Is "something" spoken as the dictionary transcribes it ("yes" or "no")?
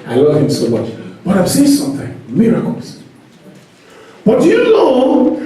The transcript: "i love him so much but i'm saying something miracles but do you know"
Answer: yes